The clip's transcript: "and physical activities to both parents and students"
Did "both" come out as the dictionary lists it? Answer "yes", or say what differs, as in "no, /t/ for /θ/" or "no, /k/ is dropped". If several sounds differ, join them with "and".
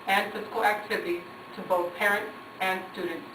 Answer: yes